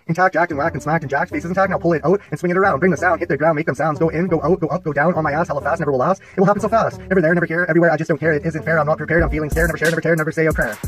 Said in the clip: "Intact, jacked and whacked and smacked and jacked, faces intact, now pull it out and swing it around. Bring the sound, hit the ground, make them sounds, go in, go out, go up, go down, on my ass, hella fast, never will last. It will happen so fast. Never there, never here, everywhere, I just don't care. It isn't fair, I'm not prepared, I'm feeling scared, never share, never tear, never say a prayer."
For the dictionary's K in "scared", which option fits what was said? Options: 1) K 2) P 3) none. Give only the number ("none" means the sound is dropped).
3